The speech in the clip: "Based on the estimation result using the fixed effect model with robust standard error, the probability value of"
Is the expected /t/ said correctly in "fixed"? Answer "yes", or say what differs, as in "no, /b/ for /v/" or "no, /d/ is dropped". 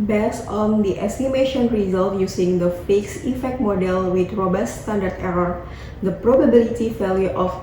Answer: no, /t/ is dropped